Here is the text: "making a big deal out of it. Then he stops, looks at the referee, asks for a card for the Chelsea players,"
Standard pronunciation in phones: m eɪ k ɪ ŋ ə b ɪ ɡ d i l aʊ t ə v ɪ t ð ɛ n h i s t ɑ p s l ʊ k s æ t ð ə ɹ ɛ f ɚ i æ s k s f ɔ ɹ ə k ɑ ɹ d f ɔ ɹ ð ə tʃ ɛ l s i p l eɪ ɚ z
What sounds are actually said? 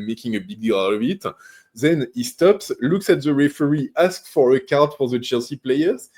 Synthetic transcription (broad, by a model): m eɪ k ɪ ŋ ə b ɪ ɡ d i l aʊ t ə v ɪ t ð ɛ n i s t ɑ p s l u k s æ t ð ə ɹ ɛ f ɚ i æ s k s f ɔ ɹ ə k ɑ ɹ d f ɔ ɹ ð ə tʃ ɛ l s i p l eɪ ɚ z